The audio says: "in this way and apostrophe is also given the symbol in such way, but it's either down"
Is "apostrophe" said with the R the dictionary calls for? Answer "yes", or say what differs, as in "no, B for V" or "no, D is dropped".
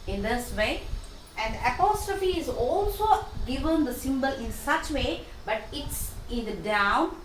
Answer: yes